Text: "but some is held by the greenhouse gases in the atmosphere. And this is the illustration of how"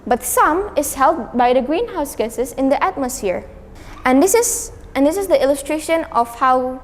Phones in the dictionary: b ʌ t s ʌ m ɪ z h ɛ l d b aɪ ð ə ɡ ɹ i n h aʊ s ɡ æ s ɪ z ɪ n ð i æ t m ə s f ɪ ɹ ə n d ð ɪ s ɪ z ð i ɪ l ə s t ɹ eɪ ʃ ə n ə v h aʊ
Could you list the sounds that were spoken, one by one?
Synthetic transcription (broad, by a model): b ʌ t s ʌ m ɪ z h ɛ l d b aɪ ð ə ɡ ɹ i n h aʊ s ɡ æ s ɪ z ɪ n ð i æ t m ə s f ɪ ɹ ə n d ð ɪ s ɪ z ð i ɪ l ə s t ɹ eɪ ʃ ə n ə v h aʊ